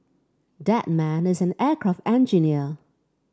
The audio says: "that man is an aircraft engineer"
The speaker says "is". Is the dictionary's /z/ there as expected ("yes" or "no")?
yes